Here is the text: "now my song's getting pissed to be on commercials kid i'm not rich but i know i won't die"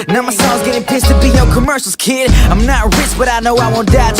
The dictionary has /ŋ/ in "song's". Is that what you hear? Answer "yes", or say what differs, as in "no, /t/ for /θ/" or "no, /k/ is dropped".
no, /ŋ/ is dropped